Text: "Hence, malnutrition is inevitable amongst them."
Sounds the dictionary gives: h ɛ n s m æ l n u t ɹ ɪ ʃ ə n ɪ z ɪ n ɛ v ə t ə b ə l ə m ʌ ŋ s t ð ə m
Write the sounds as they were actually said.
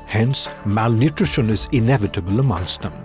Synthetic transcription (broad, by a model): h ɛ n s m æ l n u t ɹ ɪ ʃ ə n ɪ z ɪ n ɛ v ə t ə b ə l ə m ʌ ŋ s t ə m